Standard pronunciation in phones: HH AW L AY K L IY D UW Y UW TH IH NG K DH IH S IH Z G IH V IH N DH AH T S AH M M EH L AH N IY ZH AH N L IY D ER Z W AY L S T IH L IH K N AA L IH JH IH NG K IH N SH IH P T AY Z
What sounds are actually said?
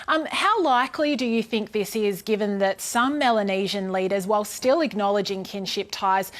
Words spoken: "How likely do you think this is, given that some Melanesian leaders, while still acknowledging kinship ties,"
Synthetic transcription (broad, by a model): HH AW L AY K L IY D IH Y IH TH IH NG K DH IH S IH Z G IH V IH N DH AH T S AH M M EH L AH N IY ZH AH N L IY D ER Z W AY L S T IH L IH K N AA L IH JH IH NG K IH N SH IH P T AY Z